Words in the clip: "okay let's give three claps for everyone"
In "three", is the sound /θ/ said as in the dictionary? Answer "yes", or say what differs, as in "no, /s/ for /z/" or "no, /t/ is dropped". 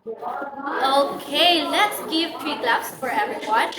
no, /t/ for /θ/